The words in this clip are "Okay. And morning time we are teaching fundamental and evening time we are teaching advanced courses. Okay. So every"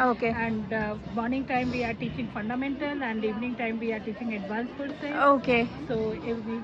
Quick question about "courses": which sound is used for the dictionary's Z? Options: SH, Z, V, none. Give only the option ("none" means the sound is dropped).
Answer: none